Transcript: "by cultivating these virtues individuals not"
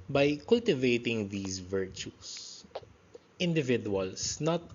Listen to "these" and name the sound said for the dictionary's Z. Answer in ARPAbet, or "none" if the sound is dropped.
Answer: S